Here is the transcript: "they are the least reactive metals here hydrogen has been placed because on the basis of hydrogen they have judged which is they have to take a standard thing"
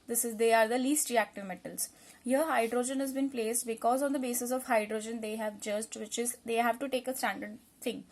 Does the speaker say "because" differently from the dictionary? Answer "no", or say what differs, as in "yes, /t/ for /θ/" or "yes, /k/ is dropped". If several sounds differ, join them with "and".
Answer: no